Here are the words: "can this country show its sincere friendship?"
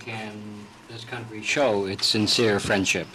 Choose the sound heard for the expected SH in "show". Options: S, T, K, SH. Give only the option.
SH